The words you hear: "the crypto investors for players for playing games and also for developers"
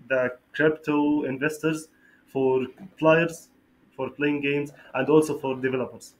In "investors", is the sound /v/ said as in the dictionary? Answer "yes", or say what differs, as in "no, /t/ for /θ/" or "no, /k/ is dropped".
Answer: yes